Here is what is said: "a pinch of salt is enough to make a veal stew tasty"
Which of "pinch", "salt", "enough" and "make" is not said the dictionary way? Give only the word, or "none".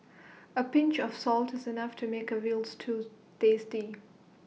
none